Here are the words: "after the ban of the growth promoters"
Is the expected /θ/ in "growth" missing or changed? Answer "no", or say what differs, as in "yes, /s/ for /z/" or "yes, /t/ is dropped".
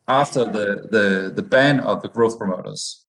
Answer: no